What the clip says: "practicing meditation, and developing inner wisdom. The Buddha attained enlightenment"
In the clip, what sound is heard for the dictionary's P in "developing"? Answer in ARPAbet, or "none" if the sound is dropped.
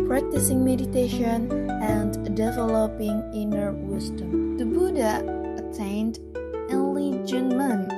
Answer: P